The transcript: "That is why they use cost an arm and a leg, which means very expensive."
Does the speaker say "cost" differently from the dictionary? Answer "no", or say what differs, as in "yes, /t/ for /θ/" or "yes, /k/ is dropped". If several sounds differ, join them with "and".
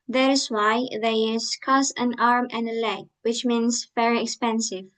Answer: yes, /t/ is dropped